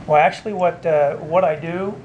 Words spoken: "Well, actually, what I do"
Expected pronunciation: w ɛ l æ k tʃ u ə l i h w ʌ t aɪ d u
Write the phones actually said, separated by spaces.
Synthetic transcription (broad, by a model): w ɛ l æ k tʃ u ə w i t w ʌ t aɪ d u